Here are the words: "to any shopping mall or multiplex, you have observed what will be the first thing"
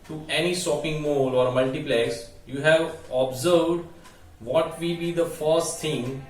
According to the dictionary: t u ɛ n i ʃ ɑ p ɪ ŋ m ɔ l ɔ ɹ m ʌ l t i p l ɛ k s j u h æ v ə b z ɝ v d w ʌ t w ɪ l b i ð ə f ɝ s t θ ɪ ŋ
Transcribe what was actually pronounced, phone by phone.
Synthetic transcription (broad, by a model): t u ɛ n i s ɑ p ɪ ŋ m ɔ l ɔ ɹ m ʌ l t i p l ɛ s j u h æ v ə b z ɝ v d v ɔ t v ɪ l b i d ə f ɝ s t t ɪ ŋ